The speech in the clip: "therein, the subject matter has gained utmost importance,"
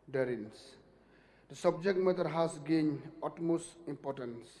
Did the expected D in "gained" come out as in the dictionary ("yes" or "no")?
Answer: no